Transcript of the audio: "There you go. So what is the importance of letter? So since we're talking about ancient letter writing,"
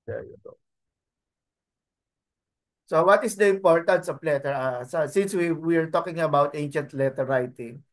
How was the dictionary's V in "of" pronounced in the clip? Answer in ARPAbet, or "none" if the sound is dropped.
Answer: P